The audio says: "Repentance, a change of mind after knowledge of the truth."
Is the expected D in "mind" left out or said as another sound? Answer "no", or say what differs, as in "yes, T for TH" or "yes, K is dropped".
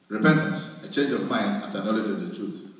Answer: no